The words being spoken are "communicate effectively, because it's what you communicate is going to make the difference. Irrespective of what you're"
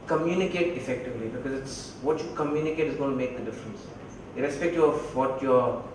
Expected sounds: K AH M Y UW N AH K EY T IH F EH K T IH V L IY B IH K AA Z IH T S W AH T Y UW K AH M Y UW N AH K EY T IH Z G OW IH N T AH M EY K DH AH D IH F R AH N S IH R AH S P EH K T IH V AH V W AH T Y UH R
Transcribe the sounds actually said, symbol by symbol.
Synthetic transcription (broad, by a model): K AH M Y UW N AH K EY T IH F EH K T IH V L IY B IH K AA Z IH T S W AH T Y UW K AH M Y UW N AH K EY T IH Z G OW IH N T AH M EY K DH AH D IH F R AH N S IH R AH S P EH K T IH AH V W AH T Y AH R